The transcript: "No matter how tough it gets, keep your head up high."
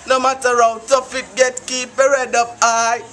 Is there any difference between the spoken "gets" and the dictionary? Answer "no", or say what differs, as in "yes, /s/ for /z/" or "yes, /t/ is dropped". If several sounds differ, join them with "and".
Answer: yes, /s/ is dropped